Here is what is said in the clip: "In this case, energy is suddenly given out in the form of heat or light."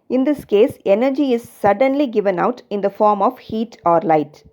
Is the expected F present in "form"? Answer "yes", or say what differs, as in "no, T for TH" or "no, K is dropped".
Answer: yes